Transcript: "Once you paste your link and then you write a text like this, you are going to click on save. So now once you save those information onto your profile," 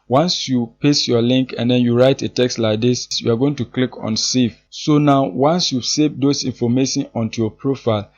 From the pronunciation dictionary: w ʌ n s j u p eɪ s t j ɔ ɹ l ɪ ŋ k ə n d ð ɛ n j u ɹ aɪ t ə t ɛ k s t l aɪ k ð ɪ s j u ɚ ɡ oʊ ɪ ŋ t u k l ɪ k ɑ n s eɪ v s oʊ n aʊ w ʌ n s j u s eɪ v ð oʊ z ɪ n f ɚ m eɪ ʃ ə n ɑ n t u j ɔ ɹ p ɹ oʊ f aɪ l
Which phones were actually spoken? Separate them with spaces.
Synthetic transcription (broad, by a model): w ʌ n s j u p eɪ s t j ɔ l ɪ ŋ k ə n d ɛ n j u ɹ aɪ t ə t ɛ k s t l aɪ k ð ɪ s j u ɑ ɡ oʊ ɪ ŋ t u k l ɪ k ɑ n s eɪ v s oʊ n aʊ w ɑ n s j u s eɪ v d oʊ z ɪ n f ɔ m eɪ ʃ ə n ɑ n t u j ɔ p ɹ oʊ f aɪ l